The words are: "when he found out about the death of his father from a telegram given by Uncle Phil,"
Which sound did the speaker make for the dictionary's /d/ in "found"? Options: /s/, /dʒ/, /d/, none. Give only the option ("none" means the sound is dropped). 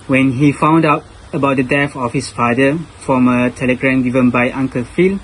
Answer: /d/